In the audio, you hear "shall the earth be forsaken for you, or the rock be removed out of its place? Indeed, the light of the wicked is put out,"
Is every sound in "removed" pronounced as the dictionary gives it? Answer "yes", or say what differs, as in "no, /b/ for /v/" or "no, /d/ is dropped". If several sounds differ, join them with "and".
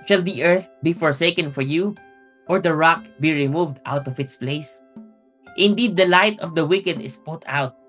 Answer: yes